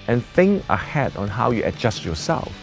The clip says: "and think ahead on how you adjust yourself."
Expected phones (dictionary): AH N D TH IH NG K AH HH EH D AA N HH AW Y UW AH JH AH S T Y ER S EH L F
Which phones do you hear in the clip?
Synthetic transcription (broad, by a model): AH N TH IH NG AH HH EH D AA N HH AW Y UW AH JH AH S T Y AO S EH L F